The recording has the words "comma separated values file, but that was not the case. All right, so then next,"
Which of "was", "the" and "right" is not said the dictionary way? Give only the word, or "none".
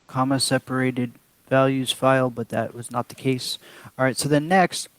none